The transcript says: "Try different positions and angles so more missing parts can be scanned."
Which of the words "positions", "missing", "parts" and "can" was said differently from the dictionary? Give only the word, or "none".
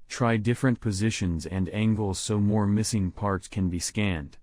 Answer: none